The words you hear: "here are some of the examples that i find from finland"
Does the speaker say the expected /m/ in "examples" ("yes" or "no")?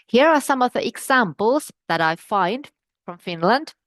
yes